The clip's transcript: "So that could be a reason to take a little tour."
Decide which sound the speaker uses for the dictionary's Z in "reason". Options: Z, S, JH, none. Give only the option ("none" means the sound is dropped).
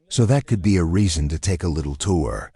Z